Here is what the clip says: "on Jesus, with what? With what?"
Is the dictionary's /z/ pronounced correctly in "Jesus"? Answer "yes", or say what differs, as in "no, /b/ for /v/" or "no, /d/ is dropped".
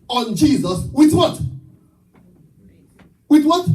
yes